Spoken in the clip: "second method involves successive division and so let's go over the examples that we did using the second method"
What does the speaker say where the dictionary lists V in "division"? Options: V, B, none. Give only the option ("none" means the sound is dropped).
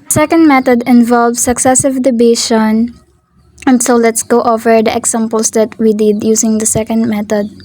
B